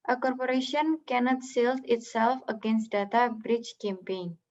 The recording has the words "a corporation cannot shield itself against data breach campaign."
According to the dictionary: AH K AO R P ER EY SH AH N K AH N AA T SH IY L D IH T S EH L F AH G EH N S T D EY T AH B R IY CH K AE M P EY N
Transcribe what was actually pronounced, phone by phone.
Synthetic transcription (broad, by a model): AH K AO R P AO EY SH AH N K AH N AA T S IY L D IH T S EH L F AH G EH N S T D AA T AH B R IY CH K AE M P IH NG